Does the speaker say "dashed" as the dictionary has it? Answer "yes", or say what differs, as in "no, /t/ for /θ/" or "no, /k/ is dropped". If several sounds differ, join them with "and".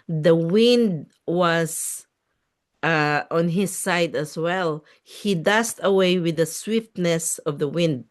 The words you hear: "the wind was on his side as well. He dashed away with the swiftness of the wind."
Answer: no, /s/ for /ʃ/